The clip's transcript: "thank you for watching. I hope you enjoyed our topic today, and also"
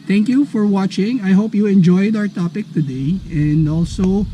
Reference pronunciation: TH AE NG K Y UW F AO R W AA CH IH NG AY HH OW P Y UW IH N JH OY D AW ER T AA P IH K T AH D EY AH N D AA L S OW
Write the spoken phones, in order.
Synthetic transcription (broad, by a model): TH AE NG K Y UW F AO R W AA CH IH NG AY HH OW P Y UW IH N JH OY D AW ER T AA P IH K T AH D EY AH N D AA L S OW